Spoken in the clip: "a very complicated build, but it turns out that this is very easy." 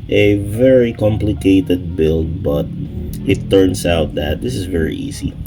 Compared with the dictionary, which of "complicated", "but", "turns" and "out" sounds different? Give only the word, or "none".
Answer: turns